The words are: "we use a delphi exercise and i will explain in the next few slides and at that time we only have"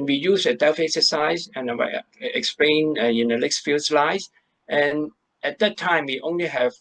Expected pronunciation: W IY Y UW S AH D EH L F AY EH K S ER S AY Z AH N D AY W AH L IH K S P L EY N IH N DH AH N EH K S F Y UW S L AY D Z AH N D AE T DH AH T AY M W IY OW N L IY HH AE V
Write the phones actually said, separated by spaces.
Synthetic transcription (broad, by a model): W IY Y UW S AH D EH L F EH K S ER S AY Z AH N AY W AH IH K S P L EY N IH N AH L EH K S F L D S L AY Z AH N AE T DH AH T AY M W IY OW N L IY HH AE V